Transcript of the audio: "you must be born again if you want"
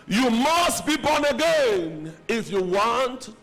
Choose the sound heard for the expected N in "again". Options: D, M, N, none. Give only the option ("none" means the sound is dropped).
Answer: N